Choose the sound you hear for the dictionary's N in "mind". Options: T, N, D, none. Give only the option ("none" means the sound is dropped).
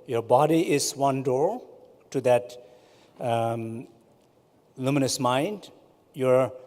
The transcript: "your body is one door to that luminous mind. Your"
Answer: N